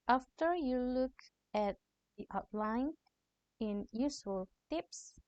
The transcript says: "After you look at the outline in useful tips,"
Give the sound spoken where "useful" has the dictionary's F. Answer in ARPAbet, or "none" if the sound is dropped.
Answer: none